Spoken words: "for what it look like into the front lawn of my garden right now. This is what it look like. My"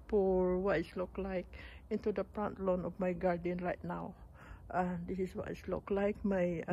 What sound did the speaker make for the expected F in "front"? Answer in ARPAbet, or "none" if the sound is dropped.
P